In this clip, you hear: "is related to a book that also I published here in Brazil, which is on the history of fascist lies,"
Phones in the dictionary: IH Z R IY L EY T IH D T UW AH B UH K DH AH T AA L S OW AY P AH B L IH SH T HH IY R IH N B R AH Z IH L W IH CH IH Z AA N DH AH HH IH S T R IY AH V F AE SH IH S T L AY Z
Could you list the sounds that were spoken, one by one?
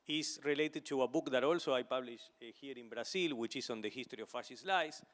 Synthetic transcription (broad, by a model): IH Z R IY L EY T IH D T UW AH B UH K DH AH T AA L S OW AY P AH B L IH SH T HH IY R IH N B R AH S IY L W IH CH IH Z AA N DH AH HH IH S T R IY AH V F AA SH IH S L AY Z